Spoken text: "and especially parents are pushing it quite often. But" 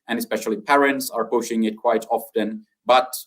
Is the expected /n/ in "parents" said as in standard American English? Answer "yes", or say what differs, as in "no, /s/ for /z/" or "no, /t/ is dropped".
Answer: yes